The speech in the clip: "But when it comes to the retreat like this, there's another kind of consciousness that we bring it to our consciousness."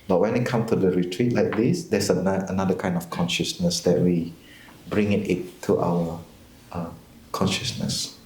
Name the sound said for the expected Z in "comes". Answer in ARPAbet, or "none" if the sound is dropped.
none